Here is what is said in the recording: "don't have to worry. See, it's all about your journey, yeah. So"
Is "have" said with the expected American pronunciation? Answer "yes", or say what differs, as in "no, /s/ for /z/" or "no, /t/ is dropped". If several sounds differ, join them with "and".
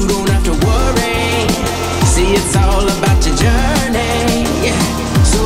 no, /f/ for /v/